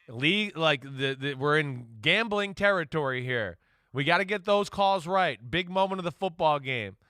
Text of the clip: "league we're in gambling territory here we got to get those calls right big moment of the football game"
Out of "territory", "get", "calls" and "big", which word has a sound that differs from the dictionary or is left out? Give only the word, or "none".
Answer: none